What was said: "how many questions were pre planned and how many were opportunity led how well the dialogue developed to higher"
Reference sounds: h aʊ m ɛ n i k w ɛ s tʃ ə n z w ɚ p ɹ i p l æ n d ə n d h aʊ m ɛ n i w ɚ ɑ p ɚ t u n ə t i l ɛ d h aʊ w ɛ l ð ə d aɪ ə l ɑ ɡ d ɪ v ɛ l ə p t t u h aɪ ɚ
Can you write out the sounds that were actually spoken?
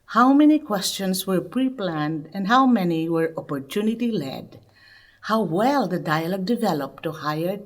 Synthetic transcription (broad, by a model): h aʊ m ɛ n i k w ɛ s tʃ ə n s w ɚ p ɹ i p l æ n d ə n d h aʊ m ɛ n i w ɚ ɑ p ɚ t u n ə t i l ɛ d h aʊ w ɛ l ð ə d aɪ ə l ɑ ɡ d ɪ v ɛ l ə p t t u h aɪ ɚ